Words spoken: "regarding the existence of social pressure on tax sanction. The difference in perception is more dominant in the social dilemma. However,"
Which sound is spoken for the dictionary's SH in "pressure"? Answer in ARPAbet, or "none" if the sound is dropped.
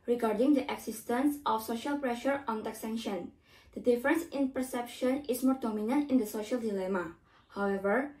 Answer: SH